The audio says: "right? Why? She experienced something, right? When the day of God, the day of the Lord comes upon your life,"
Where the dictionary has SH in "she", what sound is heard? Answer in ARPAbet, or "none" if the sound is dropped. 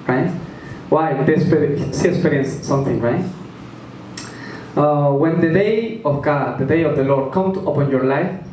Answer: S